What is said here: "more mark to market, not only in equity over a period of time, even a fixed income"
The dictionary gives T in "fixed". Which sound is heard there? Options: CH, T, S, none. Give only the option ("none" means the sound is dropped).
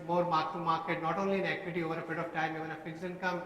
none